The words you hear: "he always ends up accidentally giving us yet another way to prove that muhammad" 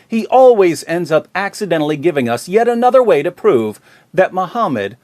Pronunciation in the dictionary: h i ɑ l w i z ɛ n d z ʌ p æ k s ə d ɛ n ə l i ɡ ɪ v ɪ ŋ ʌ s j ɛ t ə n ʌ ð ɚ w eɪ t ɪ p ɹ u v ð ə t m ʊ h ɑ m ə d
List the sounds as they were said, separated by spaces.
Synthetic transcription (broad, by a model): h i ɑ l w i z ɛ n d z ʌ p æ k s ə d ɛ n l i ɡ ɪ v ɪ ŋ ʌ s j ɛ t ə n ʌ ð ɚ w eɪ t ɪ p ɹ u v ð ə t m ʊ h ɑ m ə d